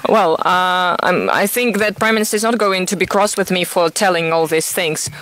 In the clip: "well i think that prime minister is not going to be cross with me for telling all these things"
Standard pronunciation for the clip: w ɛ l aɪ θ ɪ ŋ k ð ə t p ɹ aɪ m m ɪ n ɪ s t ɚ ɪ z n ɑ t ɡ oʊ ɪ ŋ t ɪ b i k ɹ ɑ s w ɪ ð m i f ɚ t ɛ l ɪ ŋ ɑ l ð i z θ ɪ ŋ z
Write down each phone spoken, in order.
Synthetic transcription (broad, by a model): w ɛ l aɪ θ ɪ ŋ k ð ə t p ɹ aɪ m m ɪ n ɪ s t ɚ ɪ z n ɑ t ɡ oʊ ɪ ŋ t ɪ b i k ɹ ɑ s w ɪ ð m i f ɚ t ɛ l ɪ ŋ ɑ l ð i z θ ɪ ŋ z